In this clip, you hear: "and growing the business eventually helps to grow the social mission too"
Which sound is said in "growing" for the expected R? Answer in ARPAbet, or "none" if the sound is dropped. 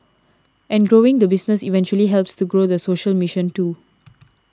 R